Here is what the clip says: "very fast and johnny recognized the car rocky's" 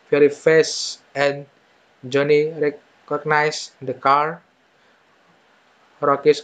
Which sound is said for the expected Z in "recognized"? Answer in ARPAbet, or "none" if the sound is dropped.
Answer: S